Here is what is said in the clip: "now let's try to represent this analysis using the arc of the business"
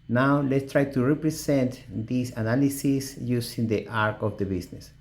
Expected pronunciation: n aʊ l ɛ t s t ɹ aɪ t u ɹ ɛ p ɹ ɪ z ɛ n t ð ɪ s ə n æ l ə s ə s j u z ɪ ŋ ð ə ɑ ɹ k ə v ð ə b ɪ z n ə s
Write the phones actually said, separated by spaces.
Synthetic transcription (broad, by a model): n aʊ l ɛ t s t ɹ aɪ t u ɹ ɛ p ɹ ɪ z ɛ n t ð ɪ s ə n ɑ l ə s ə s j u s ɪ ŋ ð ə ɑ ɹ k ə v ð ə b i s n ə s